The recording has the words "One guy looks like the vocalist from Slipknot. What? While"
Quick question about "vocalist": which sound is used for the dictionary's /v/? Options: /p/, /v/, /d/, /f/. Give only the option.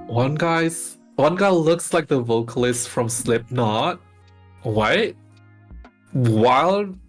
/v/